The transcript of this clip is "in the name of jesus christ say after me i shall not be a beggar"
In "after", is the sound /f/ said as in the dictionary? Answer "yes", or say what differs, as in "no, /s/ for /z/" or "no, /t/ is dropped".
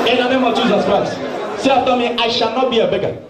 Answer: no, /f/ is dropped